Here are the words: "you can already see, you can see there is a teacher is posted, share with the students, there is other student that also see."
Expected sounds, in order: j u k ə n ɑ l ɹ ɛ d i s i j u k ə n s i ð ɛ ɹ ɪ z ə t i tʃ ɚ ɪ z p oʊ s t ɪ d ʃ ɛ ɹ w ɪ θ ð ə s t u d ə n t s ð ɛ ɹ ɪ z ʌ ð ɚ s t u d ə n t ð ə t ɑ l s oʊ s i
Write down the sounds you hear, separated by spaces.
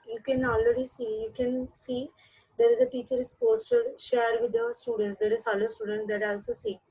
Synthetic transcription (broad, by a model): j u k ə n ɑ l ɹ ɛ d i s i j u k ə n s i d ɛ ɹ ɪ z ə t i tʃ ɚ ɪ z p oʊ s t ɪ d ʃ ɛ ɹ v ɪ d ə s t u d ə n t s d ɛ ɹ ɪ z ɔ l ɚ s t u d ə n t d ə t ɑ l s oʊ s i